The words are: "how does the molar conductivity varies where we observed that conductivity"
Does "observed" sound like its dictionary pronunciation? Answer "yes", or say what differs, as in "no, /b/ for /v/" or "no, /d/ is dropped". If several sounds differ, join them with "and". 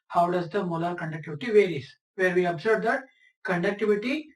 no, /b/ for /v/